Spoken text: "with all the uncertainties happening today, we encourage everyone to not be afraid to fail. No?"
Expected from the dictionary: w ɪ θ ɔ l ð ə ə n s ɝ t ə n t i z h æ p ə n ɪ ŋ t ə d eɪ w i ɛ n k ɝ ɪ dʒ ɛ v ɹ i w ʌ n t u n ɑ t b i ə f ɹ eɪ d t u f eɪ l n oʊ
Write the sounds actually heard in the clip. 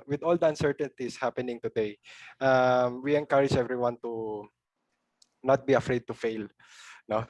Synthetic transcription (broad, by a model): w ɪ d ɔ l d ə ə n s ɝ t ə n t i s h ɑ p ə n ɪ ŋ t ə d eɪ w i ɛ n k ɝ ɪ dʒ ɛ v ɹ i w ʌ n t u n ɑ t b i ə f ɹ eɪ d t u f eɪ l n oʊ